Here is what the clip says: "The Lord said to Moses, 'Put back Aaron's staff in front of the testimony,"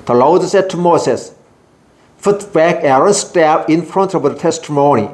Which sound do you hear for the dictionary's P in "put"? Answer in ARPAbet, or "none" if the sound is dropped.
F